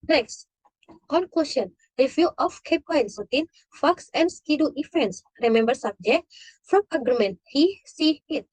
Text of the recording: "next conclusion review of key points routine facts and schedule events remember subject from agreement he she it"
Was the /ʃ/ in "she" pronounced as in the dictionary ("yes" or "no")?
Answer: no